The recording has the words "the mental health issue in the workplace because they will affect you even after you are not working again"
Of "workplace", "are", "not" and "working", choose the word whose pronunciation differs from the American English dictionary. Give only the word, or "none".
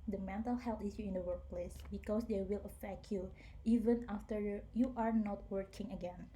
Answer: none